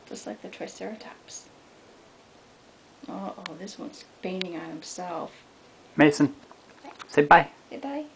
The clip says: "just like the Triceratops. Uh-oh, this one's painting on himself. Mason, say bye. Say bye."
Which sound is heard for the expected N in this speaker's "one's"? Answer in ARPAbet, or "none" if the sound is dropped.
N